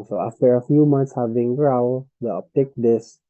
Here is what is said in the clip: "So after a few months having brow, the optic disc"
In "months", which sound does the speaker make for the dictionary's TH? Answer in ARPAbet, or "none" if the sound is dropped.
T